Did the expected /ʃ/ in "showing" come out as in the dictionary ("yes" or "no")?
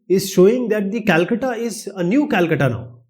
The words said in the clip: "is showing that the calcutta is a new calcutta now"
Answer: yes